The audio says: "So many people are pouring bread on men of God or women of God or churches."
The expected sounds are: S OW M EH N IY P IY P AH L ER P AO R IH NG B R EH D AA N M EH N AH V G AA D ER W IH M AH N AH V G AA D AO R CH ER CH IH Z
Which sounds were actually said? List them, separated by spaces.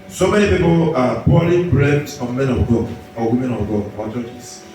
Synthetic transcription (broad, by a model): S OW M EH N IY P IY P AH L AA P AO L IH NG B R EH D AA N M EH N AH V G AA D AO W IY M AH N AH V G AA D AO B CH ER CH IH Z